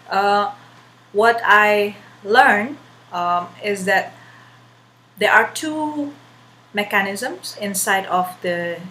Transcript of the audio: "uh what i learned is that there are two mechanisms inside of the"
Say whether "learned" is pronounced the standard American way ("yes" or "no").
no